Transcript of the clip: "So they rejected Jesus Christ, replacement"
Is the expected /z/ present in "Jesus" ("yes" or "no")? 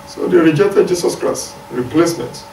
no